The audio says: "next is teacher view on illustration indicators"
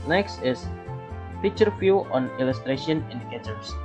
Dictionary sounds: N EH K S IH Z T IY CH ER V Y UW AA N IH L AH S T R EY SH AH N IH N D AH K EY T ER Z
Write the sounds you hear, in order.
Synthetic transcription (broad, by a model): N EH K S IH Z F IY CH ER F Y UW AA N IH L AH S T R EY SH AH N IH N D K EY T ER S